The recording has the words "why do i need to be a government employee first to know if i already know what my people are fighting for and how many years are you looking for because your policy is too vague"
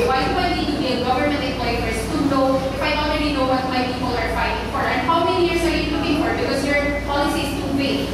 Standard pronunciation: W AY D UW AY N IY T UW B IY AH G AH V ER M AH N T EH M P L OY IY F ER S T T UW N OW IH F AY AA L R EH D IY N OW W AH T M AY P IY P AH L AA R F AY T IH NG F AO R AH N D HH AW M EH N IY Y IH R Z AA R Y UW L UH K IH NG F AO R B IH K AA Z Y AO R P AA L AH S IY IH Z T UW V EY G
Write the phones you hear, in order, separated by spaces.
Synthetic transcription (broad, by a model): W AY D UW AY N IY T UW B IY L G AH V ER M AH N T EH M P L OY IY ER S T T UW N OW IH F AY AA L R EH D IY N OW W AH T M AY P IY P AH L AA R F AY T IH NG F AO R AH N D HH AW M EH N IY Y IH R S AA R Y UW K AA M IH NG F AO R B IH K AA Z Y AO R P AA L AH S IY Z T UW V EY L